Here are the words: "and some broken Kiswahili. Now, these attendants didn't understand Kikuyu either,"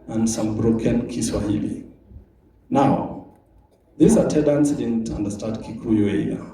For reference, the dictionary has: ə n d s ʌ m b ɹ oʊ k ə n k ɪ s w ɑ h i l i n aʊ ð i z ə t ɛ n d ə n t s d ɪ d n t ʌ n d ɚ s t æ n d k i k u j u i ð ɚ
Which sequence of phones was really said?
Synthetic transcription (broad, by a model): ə n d s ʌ m b ɹ oʊ k ə n k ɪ s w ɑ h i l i n aʊ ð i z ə t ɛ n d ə n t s d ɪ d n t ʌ n d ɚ s t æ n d k i k u j u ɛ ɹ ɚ